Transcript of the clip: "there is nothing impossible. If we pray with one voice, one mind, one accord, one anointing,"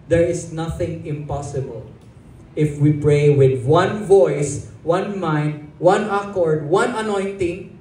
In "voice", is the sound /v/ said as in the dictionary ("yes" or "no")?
yes